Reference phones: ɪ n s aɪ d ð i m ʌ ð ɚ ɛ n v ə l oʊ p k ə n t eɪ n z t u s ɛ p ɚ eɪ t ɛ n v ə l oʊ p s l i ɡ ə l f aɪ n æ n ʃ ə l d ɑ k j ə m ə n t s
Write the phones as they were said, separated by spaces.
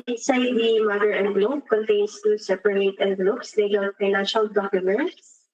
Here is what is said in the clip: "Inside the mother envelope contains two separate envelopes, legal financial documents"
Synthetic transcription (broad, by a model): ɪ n s aɪ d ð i m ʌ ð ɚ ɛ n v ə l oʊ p k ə n t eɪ n s t u s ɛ p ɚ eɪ t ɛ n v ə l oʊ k s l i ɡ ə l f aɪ n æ n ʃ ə l d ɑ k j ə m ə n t s